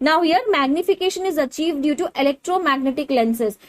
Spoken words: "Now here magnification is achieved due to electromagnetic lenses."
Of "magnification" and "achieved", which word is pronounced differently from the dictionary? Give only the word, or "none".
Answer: none